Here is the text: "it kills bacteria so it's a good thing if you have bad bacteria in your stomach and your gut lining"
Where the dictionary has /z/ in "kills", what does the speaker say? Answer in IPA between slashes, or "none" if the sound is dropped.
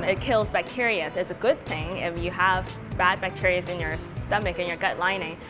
/z/